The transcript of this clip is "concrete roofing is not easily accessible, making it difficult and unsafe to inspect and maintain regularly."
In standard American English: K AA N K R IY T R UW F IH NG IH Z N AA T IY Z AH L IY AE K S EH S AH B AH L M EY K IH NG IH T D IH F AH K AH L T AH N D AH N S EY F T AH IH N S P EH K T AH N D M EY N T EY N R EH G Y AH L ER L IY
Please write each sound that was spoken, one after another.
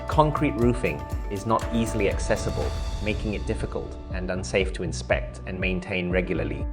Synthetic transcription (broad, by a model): K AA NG K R IY T R UW F IH NG IH Z N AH T IY Z AH L IY AE K S EH S AH B AH L M EY K IH NG IH T D IH F AH K AH L T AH N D AH N S EY F T AH IH N S P EH K T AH N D M EY N T EY N R EH G Y L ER L IY